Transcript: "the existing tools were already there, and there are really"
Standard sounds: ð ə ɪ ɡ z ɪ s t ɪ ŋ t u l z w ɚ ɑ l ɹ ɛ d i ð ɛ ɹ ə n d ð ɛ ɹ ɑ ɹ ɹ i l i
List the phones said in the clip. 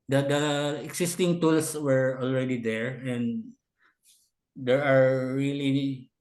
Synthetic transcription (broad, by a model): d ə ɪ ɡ s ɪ s t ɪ ŋ t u l s w ɚ ɑ l ɹ ɛ d i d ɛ ɹ ə n d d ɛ ɹ ɑ ɹ ɹ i l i